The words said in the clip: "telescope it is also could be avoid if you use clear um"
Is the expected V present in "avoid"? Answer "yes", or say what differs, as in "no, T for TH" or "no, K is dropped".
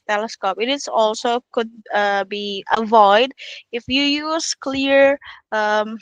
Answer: yes